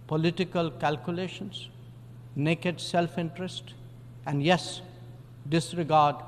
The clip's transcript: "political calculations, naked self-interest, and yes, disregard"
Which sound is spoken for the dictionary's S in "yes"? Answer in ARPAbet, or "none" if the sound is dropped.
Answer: S